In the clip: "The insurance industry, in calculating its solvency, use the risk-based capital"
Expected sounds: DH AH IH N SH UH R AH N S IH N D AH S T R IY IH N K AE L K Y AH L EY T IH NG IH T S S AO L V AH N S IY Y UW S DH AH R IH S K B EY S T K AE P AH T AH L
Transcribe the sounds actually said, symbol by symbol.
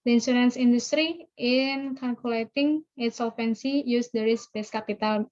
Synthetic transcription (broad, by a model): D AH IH N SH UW R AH N S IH N D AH S T R IY IH N K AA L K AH L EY T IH NG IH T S S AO L F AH N S IY Y UW S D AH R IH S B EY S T K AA P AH T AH L